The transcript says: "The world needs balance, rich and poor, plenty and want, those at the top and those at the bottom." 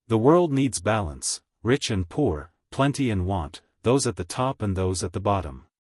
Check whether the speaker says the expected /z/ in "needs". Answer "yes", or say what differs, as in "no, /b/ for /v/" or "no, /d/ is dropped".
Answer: yes